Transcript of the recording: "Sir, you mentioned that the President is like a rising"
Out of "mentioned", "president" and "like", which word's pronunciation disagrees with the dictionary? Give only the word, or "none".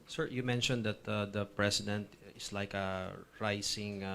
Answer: president